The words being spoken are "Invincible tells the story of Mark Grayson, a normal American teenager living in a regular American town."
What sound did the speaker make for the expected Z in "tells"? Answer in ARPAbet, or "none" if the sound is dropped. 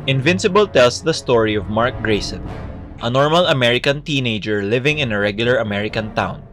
S